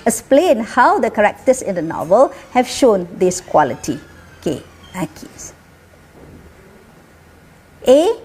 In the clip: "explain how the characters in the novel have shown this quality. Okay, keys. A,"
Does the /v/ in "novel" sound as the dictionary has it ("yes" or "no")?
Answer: yes